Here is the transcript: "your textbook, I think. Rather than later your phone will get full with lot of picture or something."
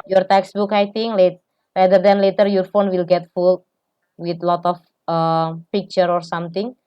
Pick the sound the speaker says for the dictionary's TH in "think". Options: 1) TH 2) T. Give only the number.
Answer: 2